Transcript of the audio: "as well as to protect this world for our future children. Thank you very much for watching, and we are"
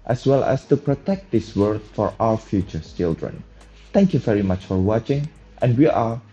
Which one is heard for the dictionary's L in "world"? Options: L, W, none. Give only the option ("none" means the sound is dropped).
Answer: none